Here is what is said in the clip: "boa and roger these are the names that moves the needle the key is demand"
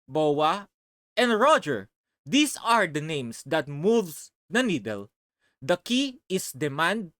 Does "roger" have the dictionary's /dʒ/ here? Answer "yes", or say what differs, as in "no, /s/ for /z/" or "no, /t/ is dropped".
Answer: yes